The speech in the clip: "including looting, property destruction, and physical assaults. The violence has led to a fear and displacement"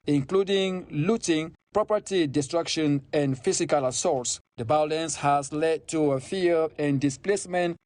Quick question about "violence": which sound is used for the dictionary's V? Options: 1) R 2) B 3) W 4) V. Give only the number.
2